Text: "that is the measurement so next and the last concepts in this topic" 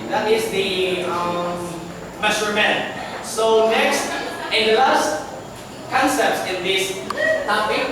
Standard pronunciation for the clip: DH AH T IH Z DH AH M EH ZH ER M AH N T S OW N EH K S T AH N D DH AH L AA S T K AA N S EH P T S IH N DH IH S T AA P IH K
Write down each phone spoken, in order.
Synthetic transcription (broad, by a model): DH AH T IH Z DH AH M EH S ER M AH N S OW N EH K S T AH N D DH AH L AA S T K AA N S EH P T S IH N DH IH S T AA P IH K